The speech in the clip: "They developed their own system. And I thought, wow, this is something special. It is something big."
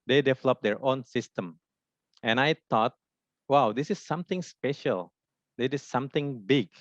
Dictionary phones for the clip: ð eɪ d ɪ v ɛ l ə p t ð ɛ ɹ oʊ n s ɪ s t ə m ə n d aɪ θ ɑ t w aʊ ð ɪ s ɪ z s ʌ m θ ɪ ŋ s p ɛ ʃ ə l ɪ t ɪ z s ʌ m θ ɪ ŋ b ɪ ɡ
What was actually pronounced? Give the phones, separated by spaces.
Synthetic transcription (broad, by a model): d eɪ d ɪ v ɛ l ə p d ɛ ɹ oʊ n s ɪ s t ə m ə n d aɪ t ɑ t w aʊ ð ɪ s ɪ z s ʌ m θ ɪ ŋ s p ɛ ʃ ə l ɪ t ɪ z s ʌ m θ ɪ ŋ b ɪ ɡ